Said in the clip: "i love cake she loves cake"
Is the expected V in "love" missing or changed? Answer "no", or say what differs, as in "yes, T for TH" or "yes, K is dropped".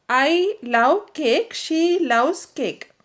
yes, W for V